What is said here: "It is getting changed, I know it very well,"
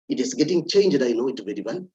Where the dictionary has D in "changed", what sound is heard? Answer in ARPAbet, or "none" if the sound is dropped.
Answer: D